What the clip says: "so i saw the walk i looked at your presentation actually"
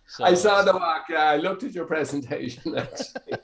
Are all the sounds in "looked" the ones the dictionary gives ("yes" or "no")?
yes